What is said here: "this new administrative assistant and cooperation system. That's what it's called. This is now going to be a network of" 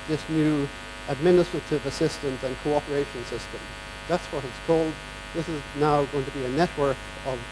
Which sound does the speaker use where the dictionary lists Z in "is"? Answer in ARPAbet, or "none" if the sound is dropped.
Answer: Z